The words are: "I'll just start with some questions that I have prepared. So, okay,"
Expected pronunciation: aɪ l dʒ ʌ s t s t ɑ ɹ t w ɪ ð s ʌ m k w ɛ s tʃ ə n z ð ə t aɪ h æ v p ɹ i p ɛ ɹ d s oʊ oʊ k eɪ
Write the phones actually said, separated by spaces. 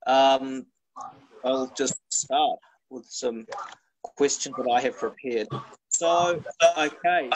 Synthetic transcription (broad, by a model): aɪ l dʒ ʌ s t s t ɑ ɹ t w ɪ ð s ʌ m k w ɛ s tʃ ə n z ð ə t aɪ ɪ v p ɹ i p ɛ ɹ d s oʊ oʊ k eɪ